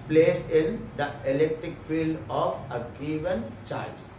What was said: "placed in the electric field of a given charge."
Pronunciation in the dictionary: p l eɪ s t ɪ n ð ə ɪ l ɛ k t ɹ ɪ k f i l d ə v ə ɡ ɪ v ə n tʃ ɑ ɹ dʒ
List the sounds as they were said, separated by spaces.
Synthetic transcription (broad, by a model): p l eɪ s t ɪ n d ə ɪ l ɛ k t ɹ ɪ k f i l d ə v ə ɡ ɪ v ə n tʃ ɑ ɹ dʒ